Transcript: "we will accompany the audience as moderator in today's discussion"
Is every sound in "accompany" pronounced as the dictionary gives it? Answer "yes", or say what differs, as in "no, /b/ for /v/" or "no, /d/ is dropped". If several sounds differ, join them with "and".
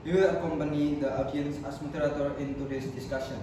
yes